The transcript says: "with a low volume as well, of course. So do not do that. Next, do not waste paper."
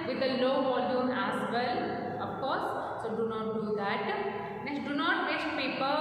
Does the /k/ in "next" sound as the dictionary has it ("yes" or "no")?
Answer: no